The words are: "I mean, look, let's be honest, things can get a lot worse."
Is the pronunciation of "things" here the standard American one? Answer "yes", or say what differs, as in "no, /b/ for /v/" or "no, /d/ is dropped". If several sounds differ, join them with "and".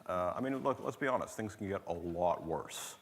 yes